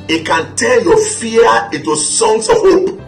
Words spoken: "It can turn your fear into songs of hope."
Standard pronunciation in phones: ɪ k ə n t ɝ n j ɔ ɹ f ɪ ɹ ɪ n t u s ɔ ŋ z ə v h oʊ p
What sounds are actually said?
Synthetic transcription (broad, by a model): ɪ k ə n t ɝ l j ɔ f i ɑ ɪ n t u s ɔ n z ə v h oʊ p